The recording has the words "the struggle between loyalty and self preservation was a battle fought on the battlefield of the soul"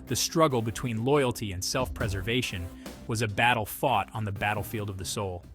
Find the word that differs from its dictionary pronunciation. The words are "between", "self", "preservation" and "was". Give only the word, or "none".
none